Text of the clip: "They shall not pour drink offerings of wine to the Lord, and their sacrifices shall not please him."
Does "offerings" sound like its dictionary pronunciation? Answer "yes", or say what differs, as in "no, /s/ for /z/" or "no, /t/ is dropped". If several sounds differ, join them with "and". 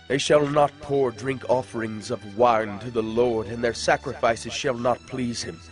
yes